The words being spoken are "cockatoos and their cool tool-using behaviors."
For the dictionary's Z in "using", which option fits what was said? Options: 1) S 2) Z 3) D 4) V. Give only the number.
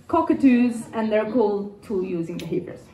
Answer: 2